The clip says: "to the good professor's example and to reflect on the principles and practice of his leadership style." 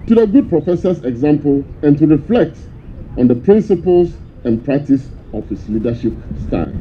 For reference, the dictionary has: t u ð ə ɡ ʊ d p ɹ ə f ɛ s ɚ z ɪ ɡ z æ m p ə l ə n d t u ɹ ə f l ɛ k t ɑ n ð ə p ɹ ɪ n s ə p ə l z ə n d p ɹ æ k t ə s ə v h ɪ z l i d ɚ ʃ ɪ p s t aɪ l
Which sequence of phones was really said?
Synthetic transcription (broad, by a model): t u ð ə ɡ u d p ɹ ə f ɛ s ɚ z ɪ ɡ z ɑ m p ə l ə n t u ɹ ə f l ɛ k t ɑ n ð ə p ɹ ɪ n s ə p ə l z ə n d p ɹ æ k t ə s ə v h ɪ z l i d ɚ ʃ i p s t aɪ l